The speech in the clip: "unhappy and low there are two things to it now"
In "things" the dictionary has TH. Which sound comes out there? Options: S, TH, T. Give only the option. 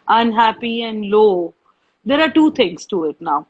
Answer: T